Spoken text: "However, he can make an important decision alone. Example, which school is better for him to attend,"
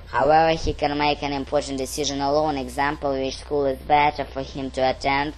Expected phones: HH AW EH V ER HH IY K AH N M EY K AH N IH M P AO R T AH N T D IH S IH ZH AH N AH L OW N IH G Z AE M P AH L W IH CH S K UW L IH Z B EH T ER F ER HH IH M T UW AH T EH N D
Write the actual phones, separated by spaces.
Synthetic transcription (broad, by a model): HH AW EH V ER HH IY K AH N M EY K AH N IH M P AO R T N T D IH S IH ZH AH N AH L OW N IH G Z AE M P AH L W IH CH S K UW L IH Z B EH T ER F ER HH IH M T UW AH T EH N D